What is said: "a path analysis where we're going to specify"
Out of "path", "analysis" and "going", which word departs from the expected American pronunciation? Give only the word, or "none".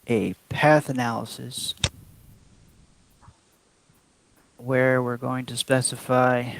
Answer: none